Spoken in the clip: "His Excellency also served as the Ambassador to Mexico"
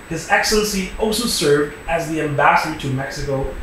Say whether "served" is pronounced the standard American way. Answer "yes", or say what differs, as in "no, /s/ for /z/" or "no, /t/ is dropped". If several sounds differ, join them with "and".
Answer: yes